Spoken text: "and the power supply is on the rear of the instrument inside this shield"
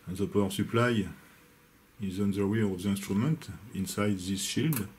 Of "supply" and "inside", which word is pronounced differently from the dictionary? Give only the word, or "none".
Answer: none